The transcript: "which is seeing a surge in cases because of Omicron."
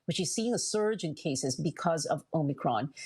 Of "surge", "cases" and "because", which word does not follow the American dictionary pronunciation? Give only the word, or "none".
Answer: none